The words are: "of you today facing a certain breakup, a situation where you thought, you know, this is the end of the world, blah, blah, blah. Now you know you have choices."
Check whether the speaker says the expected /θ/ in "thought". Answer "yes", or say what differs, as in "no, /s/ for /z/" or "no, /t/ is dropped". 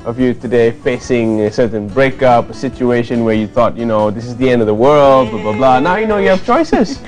yes